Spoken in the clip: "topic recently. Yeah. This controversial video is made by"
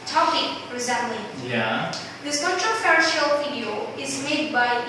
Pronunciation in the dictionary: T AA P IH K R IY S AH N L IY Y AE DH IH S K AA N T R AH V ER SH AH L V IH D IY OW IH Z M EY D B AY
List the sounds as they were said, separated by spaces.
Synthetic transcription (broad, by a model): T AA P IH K R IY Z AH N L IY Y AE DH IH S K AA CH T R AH F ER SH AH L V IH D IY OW IH Z M EY D B AY